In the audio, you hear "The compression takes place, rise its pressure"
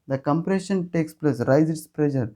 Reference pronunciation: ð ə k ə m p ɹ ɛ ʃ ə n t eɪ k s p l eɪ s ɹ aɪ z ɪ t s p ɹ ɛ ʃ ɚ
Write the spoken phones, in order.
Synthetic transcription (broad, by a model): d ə k ə m p ɹ ɛ ʃ ə n t eɪ k s p l eɪ s ɹ aɪ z ɪ t s p ɹ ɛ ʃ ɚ